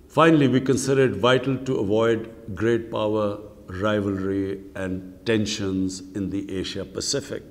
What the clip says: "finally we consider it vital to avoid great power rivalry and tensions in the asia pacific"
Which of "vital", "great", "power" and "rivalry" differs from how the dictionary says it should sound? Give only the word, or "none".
none